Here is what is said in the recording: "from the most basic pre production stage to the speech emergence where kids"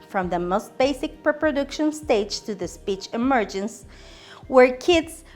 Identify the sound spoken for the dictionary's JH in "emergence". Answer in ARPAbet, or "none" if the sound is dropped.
JH